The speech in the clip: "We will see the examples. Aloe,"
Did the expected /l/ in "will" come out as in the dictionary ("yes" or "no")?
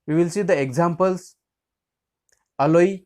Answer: yes